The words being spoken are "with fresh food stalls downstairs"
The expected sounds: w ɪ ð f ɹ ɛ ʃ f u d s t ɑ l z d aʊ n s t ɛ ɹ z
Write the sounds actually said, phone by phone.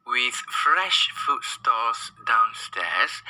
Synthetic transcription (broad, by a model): w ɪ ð f ɹ ɛ ʃ f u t s t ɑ z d aʊ n s t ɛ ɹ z